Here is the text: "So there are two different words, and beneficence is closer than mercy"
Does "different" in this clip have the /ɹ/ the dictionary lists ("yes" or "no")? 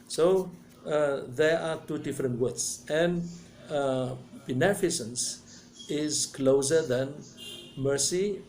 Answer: yes